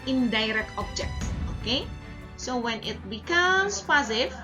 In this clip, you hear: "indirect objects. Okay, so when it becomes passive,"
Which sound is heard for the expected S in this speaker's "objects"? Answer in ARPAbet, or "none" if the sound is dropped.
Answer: none